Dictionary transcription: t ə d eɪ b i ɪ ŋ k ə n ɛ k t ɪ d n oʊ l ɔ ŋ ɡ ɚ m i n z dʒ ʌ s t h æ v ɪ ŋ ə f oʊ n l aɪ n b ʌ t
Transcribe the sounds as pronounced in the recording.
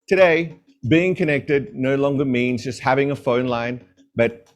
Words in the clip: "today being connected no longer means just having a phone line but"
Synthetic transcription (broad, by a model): t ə d eɪ b i ɪ ŋ k ə n ɛ k t ɪ d n oʊ l ɔ ŋ ɡ ɚ m i n z dʒ ʌ s t h æ v ɪ ŋ ə f oʊ n l aɪ n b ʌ t